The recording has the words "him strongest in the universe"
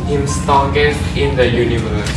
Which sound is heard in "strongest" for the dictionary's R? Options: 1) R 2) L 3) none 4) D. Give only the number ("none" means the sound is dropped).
3